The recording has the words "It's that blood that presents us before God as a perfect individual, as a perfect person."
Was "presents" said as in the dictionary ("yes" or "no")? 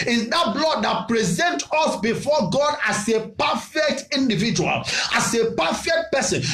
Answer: no